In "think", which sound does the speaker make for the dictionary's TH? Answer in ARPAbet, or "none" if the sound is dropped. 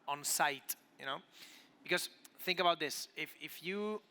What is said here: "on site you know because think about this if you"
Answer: TH